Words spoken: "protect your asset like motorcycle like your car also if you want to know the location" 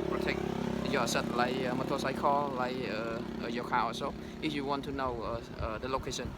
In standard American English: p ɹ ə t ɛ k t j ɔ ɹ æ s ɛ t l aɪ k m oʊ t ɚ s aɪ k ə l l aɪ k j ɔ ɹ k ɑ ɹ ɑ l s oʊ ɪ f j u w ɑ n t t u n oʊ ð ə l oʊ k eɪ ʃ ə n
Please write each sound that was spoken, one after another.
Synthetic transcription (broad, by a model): p ɹ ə t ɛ k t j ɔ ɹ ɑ s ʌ t l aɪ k m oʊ t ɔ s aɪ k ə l l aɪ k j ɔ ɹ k ɑ w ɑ s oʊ ɪ f j u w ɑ n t t u n oʊ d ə l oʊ k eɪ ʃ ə n